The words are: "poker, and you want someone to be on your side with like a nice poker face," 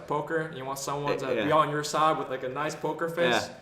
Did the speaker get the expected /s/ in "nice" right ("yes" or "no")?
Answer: yes